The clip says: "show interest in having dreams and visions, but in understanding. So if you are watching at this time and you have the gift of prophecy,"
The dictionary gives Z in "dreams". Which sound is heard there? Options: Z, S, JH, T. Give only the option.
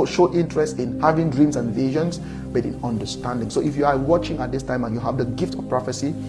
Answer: S